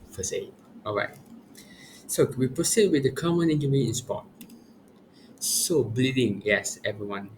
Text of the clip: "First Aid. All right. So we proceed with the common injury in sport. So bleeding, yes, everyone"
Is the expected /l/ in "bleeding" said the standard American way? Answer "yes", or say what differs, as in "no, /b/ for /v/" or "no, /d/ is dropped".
yes